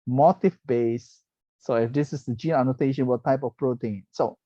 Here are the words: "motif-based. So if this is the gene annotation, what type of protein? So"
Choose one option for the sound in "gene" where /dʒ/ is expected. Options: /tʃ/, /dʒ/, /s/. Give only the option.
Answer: /dʒ/